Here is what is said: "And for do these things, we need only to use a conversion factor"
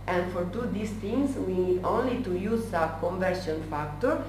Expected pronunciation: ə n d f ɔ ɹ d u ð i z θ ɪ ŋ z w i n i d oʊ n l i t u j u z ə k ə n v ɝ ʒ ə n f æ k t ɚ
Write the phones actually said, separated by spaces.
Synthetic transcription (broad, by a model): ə n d f ɔ ɹ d u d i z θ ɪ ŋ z w i n i d oʊ n l i t u j u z ə k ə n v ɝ ʃ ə n f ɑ k t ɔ